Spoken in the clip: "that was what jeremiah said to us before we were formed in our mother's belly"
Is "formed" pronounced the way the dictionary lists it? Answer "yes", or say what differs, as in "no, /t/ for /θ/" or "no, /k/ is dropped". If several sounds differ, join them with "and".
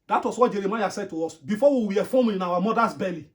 no, /d/ is dropped